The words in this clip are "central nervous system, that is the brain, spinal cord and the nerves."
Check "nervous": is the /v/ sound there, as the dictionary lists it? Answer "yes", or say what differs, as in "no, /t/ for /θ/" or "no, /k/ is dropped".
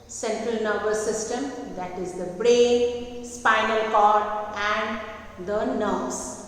no, /b/ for /v/